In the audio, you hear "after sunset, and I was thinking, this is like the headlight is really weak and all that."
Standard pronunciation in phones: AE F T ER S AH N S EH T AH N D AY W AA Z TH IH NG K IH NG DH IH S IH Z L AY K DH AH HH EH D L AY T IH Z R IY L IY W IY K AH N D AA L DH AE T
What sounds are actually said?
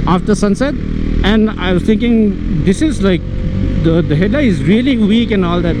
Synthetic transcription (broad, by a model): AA F T ER S AH N S EH T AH N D AY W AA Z T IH NG K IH NG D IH S IH Z L AY K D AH HH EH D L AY IH Z R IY L IY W IY K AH N AA L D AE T